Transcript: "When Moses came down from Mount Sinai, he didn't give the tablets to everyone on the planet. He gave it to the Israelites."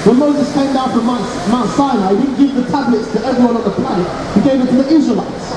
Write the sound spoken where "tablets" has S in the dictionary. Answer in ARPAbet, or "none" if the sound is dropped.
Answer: S